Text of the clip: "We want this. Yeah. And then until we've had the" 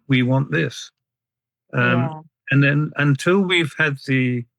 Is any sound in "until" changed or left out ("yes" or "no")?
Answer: no